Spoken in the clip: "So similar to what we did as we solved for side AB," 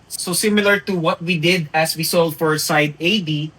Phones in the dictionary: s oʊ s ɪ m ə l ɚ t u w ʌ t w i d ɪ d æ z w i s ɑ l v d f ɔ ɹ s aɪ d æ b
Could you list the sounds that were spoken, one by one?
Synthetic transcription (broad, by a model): s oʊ s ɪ m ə l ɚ t u w ʌ t w i d ɪ d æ s w i s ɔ l d f ɔ ɹ s aɪ d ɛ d